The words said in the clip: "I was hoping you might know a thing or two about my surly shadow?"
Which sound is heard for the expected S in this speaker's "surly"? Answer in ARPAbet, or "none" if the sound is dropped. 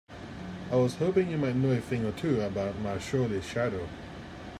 SH